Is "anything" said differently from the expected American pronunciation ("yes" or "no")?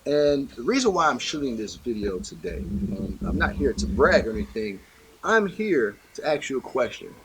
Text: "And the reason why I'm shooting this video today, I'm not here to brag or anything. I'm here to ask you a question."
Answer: no